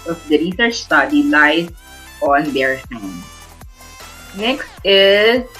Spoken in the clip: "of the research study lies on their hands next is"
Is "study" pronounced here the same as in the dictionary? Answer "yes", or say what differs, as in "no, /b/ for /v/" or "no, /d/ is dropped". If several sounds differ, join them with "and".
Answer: yes